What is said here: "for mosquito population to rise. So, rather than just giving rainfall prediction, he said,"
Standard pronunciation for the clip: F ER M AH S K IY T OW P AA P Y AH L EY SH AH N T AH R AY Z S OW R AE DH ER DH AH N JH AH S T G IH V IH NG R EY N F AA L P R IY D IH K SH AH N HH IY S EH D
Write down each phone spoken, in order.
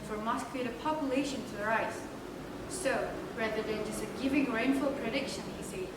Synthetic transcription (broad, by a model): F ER M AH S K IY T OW P AA P Y AH L EY SH AH N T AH R AY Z S OW R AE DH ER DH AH N JH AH S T G IH V IH NG R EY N F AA L P R IY D IH K SH AH N HH IY S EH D